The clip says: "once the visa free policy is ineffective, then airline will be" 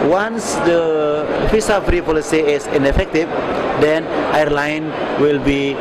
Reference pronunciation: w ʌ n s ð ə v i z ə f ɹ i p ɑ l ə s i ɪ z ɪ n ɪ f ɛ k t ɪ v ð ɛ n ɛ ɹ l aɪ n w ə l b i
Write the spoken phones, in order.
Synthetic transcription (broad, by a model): w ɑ n s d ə f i s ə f ɹ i p ɑ l ə s i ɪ s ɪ n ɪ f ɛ k t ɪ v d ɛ n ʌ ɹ l aɪ n w ə l b i